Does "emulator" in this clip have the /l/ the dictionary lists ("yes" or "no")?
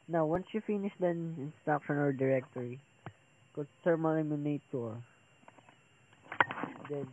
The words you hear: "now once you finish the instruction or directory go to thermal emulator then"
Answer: no